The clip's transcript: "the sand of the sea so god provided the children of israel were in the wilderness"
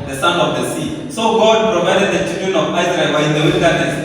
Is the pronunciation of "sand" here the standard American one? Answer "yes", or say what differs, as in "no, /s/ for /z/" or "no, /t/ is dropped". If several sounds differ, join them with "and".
no, /d/ is dropped